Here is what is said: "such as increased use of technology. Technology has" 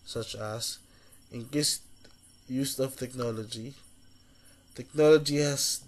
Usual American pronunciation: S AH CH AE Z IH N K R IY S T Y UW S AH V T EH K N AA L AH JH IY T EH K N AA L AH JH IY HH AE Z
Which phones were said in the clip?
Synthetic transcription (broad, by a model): S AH CH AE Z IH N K IY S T Y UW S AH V T EH K N AA L AH JH IY T EH K N AA L AH JH IY HH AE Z